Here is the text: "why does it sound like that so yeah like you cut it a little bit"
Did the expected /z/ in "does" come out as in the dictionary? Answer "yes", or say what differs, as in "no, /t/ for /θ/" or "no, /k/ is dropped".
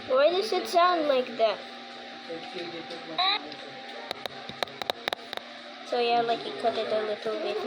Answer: no, /s/ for /z/